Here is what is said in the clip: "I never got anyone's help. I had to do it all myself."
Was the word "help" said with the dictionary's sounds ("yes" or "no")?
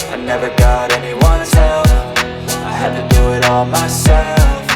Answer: no